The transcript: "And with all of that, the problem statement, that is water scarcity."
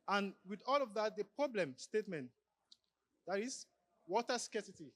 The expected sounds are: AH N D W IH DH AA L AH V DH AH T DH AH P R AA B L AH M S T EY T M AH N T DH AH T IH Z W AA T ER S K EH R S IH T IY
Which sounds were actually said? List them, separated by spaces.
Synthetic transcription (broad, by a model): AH N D W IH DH AA L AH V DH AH T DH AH P R AA B L AH M S T EY T M AH N T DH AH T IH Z W AA T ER S K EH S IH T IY